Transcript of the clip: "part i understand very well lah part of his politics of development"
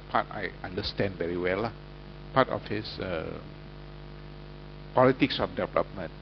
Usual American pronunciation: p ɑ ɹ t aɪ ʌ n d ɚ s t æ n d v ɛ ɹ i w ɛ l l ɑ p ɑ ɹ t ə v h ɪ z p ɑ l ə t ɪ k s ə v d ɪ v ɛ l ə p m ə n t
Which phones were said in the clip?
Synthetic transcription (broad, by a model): p ɑ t aɪ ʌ n d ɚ s t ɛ n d v ɛ ɹ i w ɛ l l ɑ p ɑ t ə f h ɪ s p ɑ l ə t ɪ k s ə f d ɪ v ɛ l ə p m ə n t